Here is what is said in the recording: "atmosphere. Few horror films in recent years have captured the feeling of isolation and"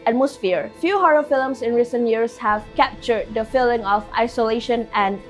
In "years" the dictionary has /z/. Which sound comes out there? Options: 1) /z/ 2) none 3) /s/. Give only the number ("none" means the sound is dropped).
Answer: 3